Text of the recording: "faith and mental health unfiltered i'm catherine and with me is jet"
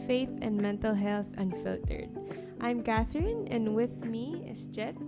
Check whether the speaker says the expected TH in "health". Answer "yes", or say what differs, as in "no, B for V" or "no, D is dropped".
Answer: yes